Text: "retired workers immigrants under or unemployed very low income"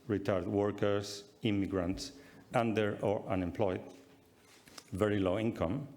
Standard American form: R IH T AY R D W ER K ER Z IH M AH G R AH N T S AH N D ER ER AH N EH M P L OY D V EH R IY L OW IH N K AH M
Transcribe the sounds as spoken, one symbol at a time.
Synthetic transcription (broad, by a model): R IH T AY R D W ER K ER S IH M AH G R AH N T S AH N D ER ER AH N EH M P L OY D V EH R IY L OW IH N K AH M